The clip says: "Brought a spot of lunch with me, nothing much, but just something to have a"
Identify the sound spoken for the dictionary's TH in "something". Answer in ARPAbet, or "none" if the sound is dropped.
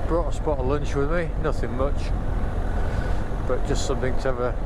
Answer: TH